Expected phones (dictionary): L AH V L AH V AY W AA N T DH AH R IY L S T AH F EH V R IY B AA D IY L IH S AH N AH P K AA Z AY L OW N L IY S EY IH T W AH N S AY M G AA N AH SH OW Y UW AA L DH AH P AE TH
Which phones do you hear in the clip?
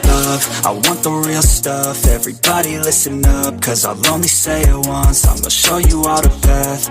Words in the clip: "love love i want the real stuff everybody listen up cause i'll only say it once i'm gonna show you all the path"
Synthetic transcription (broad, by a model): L L AH V AY W AA N DH AH R IY L S T AH F EH V R IY B AA D IY L IH S AH N AH P K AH Z AY L OW N L IY S EY IH T W AH N S AY M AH SH OW Y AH AA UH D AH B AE TH